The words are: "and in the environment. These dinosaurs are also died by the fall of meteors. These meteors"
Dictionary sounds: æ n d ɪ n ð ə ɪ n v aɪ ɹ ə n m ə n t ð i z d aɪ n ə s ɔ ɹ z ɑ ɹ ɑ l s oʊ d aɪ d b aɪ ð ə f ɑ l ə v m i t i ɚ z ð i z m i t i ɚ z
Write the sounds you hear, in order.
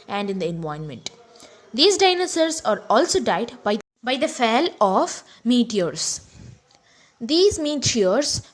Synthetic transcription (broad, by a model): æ n d ɪ n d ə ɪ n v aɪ ə n m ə n t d i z d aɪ n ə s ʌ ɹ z ɑ ɹ ɑ l s oʊ d aɪ d b aɪ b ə f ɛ l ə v m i t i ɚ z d i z m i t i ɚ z